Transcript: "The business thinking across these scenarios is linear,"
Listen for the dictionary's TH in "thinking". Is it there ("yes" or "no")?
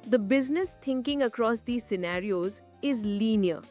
no